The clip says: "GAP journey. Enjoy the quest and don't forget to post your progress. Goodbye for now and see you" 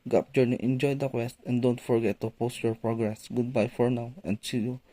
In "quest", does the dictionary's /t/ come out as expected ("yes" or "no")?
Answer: yes